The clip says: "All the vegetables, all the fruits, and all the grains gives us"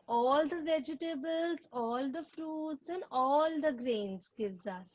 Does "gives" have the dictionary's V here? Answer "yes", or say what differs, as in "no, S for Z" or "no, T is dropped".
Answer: yes